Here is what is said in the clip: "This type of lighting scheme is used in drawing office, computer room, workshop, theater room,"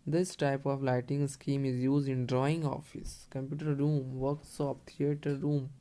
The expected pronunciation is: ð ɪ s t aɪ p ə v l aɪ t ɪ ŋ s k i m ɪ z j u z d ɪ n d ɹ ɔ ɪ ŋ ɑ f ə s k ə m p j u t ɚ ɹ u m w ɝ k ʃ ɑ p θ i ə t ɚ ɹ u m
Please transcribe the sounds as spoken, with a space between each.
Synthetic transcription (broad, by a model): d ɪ s t aɪ p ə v l aɪ t ɪ ŋ s k i m ɪ z j u z d ɪ n d ɹ ɔ ɪ ŋ ɑ f ə s k ə m p j u t ɚ ɹ u m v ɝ k s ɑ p t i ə t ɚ ɹ u m